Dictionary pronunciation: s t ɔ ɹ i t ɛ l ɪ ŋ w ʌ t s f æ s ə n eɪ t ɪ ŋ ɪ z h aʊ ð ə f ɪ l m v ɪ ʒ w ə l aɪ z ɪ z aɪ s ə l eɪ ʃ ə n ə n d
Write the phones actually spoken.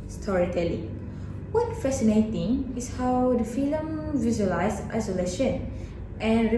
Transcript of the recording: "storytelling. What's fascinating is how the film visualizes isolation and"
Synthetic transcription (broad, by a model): s t ɔ ɹ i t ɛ l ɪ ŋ w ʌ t f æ s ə n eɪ t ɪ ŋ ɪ s h aʊ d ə f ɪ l m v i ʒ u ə l aɪ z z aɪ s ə l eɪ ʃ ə n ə n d